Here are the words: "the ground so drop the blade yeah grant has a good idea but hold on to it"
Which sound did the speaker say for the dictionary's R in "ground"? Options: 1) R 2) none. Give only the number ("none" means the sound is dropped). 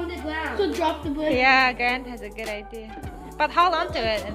2